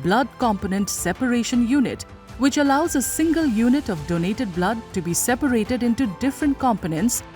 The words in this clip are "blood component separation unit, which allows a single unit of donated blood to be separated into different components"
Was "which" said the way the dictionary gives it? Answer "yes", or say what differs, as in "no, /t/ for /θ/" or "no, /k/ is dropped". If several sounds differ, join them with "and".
yes